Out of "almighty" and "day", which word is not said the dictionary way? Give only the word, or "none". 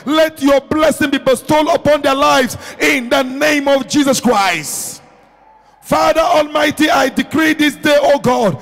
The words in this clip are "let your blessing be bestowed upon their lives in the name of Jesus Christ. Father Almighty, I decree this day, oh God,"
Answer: none